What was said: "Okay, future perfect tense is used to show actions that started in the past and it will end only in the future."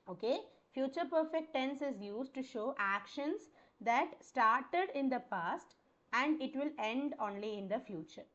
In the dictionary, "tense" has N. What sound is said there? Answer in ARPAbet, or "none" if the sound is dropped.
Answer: N